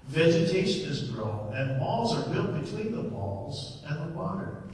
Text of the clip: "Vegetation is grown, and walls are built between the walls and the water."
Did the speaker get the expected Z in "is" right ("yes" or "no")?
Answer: yes